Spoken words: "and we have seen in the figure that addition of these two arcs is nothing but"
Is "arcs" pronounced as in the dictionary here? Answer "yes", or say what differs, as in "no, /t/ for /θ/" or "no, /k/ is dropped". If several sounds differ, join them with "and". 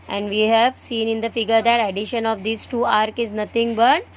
no, /s/ is dropped